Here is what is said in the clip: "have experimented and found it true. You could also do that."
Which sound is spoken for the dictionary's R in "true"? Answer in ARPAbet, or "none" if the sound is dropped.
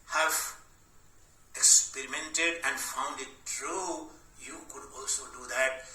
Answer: R